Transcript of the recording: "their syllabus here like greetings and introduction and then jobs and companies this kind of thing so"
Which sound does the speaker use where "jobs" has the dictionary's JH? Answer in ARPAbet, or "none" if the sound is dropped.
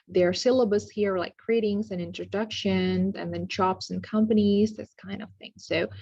CH